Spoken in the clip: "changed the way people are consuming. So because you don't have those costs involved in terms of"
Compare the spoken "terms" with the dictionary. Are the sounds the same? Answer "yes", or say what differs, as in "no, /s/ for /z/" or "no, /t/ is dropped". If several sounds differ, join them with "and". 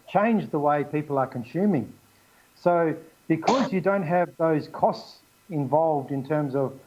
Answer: yes